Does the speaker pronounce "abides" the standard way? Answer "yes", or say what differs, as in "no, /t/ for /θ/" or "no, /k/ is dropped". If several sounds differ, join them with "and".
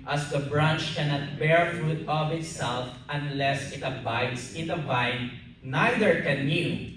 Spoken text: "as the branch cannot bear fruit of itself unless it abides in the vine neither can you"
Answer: no, /s/ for /z/